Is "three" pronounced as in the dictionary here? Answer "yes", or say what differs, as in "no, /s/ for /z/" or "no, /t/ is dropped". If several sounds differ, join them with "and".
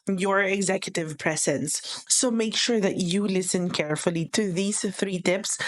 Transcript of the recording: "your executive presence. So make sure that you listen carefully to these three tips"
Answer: yes